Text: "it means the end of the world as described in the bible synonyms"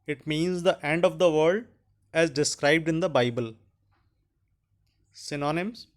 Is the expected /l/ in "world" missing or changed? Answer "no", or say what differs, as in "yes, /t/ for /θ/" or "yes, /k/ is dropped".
yes, /l/ is dropped